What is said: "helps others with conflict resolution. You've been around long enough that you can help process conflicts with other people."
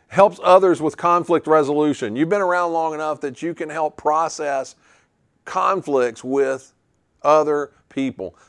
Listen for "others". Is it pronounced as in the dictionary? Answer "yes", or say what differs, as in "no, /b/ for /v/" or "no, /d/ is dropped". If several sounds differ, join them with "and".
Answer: yes